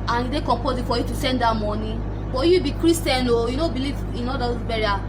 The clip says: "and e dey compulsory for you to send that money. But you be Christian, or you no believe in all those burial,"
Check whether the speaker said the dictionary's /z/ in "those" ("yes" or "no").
no